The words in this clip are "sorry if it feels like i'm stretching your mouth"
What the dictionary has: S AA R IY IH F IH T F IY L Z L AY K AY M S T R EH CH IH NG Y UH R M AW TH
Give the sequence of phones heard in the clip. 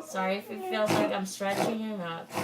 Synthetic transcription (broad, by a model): S AA R IY IH F IH T F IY L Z L AY K AY M S T R EH CH IH NG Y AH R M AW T